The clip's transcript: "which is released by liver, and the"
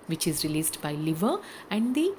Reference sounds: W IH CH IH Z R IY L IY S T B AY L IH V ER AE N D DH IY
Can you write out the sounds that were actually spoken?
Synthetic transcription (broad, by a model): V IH CH IH Z R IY L IY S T B AY L IH V ER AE N D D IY